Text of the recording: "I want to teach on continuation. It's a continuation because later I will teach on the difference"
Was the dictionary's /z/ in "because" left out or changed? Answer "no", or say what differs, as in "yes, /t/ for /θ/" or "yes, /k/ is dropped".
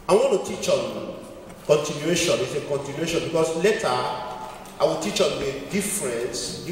yes, /s/ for /z/